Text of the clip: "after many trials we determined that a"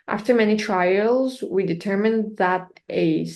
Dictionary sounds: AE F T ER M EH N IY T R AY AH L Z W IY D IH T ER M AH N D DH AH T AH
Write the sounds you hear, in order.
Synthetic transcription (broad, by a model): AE F T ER M EH N IY T R AY AH L Z W IY D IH T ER M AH N DH AH T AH